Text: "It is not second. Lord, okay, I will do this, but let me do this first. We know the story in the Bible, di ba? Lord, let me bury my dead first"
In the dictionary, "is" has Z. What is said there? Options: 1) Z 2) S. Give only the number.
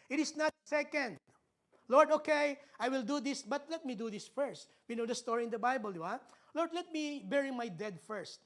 2